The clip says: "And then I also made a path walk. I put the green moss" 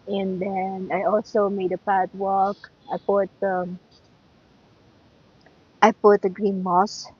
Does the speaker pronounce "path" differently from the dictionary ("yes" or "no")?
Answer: yes